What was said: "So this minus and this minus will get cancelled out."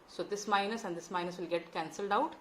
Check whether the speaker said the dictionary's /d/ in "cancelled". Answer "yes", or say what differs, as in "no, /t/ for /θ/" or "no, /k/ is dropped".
yes